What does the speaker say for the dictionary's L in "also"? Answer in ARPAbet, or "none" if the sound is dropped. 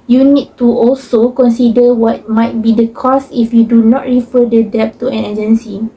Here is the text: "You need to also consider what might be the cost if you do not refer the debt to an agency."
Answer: L